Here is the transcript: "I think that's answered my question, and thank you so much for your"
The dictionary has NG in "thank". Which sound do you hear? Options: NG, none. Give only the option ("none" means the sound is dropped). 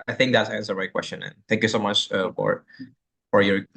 NG